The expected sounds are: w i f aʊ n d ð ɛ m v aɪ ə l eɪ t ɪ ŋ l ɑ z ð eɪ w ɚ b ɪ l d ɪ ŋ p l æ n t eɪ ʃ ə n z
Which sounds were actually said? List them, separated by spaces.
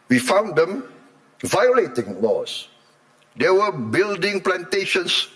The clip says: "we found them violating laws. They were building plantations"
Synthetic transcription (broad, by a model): w i f aʊ n d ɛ m v aɪ ə l eɪ t ɪ ŋ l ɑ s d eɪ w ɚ b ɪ l d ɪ ŋ p l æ n t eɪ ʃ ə n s